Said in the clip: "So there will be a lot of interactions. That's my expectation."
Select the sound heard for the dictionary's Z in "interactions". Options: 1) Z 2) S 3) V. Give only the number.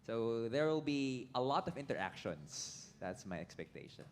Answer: 2